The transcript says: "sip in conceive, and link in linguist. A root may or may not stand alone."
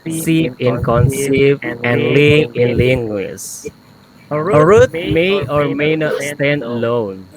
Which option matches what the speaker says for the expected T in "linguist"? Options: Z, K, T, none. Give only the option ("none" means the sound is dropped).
none